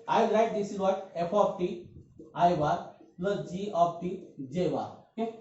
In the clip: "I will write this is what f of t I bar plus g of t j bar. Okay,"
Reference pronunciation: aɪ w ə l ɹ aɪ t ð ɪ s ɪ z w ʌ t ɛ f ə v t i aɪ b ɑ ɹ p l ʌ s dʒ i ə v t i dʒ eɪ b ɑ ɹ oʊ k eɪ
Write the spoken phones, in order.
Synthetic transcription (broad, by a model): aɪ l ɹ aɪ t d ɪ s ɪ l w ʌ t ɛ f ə p t i aɪ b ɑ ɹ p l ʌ dʒ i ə p t i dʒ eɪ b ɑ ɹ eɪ